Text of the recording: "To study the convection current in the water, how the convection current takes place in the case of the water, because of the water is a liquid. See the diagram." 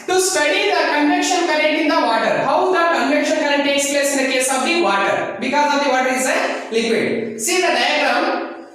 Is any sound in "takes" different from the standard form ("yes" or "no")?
no